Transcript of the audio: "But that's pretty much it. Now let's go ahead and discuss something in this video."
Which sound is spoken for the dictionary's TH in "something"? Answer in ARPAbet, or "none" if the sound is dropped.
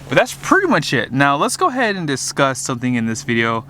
TH